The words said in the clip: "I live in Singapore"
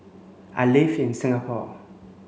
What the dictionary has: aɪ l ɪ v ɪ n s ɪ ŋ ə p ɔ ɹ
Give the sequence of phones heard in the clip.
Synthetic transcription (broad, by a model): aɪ l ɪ f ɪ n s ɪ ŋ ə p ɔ